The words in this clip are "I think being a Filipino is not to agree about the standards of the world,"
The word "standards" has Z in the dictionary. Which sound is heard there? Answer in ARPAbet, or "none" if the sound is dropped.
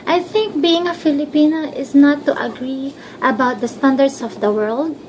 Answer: S